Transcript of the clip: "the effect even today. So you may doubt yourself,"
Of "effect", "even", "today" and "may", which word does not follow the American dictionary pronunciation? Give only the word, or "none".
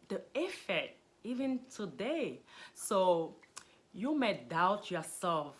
effect